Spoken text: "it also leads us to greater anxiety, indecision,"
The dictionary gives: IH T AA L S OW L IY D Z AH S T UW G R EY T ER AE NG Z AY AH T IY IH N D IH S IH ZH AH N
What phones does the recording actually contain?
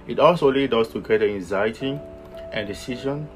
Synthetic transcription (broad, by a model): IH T AA L S OW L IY D AO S T UW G EY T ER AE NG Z AY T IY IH N D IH S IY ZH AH N